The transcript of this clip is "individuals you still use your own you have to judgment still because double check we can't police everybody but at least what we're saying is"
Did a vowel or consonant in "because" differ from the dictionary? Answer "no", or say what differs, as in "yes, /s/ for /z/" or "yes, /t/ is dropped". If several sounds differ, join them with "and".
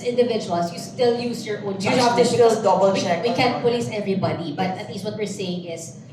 yes, /k/ is dropped and /z/ is dropped